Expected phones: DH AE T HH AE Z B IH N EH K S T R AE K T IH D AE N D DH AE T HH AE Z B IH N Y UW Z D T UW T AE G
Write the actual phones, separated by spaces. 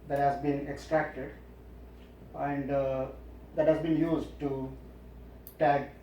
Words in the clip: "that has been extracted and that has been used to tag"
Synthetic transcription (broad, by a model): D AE T HH AE Z B IH N EH K S T R AE K T IH D AE N D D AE T HH AE Z B IH N Y UW Z D T UW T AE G